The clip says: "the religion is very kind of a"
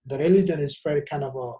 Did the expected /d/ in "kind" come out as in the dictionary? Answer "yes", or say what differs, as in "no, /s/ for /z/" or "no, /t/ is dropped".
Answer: no, /d/ is dropped